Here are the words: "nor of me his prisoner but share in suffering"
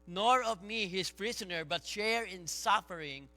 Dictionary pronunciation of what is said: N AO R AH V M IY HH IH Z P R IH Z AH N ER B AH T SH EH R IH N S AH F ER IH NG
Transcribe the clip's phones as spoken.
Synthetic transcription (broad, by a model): N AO R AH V M IY HH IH S P R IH S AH N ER B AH T SH EH R IH N S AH F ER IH NG